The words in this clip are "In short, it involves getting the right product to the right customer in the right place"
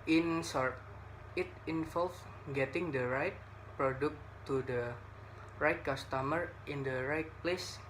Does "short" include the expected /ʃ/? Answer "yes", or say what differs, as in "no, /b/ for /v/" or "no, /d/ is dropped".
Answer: no, /s/ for /ʃ/